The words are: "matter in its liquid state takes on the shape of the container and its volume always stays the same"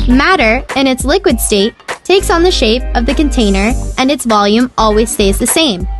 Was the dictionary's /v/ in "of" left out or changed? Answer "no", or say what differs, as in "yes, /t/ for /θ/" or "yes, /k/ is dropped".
no